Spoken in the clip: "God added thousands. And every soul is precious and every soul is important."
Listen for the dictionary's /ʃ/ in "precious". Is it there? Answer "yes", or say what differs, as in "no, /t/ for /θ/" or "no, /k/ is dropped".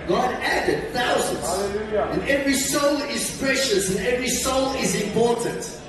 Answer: yes